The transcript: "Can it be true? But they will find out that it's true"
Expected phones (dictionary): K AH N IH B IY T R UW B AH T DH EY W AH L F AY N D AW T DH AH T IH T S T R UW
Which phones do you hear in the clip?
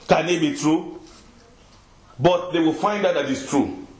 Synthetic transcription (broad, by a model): K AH N IH B IY T R UW B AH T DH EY W AH L F AY N D AW T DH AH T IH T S T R UW